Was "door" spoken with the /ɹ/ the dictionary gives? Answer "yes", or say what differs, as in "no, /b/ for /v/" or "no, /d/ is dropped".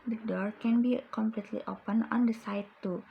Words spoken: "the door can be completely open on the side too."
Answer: yes